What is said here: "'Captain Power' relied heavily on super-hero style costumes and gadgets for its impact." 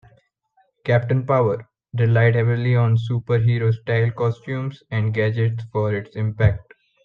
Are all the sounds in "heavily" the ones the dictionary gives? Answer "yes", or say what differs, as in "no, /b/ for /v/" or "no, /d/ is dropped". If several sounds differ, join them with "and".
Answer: yes